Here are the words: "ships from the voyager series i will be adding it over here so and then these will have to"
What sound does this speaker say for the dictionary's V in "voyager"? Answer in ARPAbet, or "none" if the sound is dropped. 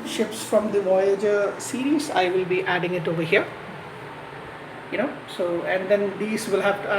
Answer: V